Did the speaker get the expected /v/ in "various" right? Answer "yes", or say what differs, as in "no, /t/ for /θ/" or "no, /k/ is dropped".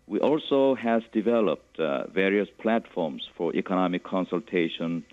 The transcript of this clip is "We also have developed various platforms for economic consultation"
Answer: yes